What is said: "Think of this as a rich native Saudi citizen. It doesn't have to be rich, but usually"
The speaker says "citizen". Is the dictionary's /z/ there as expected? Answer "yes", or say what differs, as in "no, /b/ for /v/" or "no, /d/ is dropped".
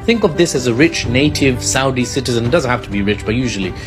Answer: yes